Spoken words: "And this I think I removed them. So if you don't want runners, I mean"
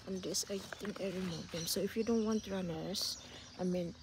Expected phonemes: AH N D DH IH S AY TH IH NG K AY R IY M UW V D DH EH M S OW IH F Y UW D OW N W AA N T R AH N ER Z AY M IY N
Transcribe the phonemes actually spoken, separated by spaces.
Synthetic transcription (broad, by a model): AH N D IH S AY T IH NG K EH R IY M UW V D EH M S OW IH F Y UW D OW N W AA N T R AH N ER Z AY M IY N